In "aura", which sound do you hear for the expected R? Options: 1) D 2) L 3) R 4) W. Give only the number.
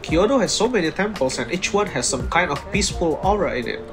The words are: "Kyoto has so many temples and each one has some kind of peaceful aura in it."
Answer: 3